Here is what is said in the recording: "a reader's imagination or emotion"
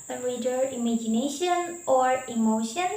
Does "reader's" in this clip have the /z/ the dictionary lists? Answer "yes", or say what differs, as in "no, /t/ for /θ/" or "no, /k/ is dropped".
no, /z/ is dropped